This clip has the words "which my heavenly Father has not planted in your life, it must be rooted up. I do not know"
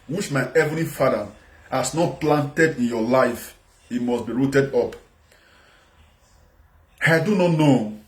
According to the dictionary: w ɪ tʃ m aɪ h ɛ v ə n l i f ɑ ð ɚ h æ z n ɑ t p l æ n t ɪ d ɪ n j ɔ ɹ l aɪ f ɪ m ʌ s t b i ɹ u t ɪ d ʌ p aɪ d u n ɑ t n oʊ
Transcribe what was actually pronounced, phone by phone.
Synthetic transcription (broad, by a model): w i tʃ m aɪ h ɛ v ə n i f ɑ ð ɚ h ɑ s n ɑ t p l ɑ n t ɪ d ɪ n j ɔ l aɪ f ɪ m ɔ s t b i ɹ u t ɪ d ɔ p aɪ d u n ɑ t n oʊ